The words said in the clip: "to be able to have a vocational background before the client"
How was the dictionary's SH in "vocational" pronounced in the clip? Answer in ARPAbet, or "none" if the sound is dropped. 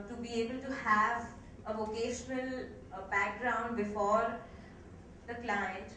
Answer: SH